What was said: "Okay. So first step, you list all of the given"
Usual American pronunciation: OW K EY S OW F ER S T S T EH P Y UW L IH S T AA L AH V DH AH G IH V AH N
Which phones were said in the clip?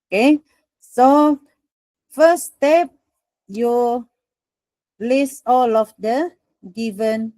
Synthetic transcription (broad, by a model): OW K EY S OW F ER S S T EH P Y UW L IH S AA L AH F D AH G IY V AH N